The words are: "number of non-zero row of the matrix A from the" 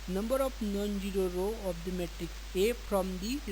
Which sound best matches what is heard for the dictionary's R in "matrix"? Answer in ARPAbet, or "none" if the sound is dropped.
none